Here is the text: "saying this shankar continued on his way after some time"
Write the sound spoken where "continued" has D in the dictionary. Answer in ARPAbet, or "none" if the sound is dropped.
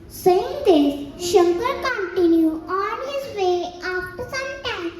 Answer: none